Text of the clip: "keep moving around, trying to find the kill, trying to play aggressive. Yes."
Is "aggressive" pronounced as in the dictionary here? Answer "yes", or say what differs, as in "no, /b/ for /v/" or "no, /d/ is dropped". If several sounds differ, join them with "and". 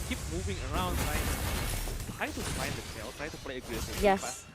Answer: no, /ɹ/ is dropped